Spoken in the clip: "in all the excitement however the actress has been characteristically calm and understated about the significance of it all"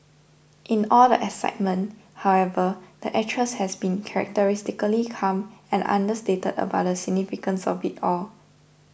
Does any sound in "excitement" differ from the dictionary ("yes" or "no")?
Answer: yes